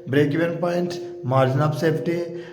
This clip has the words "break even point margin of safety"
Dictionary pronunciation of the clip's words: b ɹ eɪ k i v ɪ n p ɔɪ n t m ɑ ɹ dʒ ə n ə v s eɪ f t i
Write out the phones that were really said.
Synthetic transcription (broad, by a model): b ɹ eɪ k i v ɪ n p ɔɪ n t m ɑ ɹ dʒ ə n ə p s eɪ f t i